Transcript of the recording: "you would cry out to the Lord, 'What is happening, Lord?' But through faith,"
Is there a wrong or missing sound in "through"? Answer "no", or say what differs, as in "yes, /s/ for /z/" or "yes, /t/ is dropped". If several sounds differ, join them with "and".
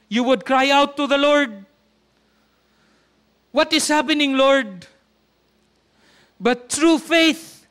yes, /t/ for /θ/